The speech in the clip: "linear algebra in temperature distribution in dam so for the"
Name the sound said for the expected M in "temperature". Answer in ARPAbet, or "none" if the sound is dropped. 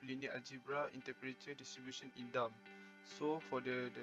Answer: none